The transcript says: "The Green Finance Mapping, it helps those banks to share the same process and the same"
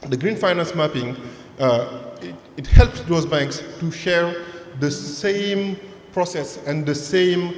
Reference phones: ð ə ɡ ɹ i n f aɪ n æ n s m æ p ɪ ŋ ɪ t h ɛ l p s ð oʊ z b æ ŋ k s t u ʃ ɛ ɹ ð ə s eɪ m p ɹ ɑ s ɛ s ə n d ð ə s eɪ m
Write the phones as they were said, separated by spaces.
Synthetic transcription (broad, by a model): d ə ɡ ɹ i n f aɪ n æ n s m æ p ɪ ŋ ɪ t h ɛ l p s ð oʊ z b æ ŋ k s t u ʃ ɛ ɹ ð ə s eɪ m p ɹ ɑ s ɛ s ə n d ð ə s eɪ m